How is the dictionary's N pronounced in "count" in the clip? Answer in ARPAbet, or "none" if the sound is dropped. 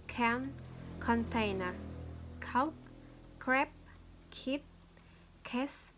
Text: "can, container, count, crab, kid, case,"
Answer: none